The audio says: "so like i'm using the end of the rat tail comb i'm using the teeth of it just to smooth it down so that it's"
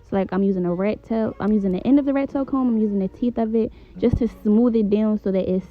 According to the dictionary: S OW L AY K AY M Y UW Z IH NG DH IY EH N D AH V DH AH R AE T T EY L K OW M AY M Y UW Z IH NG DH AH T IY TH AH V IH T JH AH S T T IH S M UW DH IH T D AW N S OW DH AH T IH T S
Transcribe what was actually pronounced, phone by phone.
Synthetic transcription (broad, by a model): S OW L AY K AY M Y UW Z IH NG DH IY EH N D AH V DH AH R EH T T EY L K OW M AY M Y UW Z IH NG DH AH T IY TH AH V IH T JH AH S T T IH S M UW DH IH T D AW N S OW DH AH T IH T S